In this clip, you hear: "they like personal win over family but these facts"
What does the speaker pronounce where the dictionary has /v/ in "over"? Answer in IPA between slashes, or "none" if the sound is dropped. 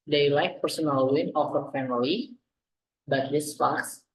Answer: /f/